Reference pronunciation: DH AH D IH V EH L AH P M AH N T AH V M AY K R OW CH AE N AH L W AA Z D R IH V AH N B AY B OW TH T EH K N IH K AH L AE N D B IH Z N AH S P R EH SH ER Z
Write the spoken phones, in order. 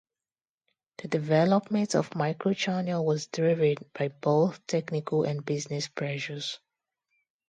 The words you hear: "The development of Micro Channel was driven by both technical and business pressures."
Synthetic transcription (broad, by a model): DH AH D IH V EH L AH P M AH N T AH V M AY K R OW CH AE N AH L W AA Z D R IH V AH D B AY B OW TH T EH K N IH K AH L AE N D B IH Z N AH S P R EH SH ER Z